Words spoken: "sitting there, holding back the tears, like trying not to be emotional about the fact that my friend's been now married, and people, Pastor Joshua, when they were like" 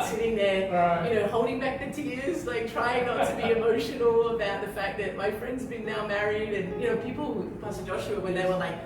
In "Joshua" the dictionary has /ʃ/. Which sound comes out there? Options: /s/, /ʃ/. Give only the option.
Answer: /ʃ/